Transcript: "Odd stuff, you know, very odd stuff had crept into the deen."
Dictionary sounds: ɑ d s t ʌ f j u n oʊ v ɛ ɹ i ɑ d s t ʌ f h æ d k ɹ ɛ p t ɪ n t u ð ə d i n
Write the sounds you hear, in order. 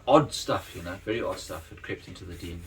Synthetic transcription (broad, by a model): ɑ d s t ʌ f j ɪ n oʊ v ɛ ɹ i ɑ d s t ʌ f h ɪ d k ɹ ɛ p t ɪ n t u ð ə d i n